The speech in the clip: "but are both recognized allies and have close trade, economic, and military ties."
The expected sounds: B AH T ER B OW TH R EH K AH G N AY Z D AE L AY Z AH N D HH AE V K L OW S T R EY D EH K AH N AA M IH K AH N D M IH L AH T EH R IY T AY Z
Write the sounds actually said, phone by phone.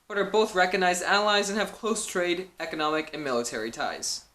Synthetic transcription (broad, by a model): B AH T ER B OW TH R EH K AH G N AY Z D AE L AY Z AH N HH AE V K L OW S T R EY D EH K AH N AA M IH K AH N M IH L AH T EH R IY T AY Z